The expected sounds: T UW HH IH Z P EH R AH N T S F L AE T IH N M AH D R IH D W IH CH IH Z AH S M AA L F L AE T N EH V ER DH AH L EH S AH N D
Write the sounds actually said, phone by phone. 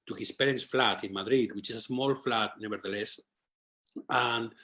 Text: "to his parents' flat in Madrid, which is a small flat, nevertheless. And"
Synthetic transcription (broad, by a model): T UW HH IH S P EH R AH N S F L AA T IH N M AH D R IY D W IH CH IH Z AH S M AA L F L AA T N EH B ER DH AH L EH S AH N